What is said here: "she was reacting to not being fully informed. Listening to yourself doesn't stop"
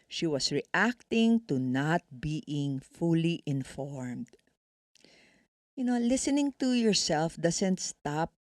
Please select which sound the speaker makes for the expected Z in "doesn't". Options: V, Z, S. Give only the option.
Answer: S